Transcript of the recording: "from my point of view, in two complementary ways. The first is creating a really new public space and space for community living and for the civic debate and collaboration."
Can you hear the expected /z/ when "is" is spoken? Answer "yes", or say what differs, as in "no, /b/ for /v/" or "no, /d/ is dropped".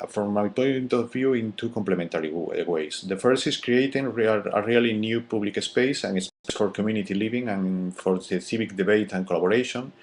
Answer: no, /s/ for /z/